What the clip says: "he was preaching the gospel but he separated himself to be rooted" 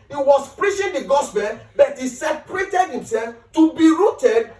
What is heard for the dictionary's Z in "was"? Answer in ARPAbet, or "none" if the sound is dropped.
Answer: S